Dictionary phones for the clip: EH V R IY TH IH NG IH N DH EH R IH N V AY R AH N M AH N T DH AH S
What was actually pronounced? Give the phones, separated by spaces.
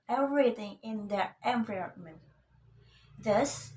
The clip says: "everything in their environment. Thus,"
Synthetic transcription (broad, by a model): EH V R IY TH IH NG IH N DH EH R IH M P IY AH M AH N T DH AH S